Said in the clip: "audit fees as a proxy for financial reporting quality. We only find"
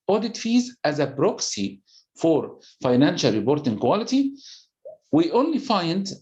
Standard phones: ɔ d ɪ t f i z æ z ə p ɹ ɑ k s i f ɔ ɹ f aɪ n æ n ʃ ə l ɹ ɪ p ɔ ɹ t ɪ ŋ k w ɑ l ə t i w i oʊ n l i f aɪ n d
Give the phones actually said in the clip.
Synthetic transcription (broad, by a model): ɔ d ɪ t f i z æ z ə b ɹ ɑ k s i f ɔ ɹ f aɪ n æ n ʃ ə l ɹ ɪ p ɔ ɹ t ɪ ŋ k w ɑ l ə t i w i oʊ n l i f aɪ n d